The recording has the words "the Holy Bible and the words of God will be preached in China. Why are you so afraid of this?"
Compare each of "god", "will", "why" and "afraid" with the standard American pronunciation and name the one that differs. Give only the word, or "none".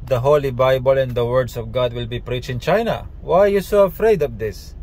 none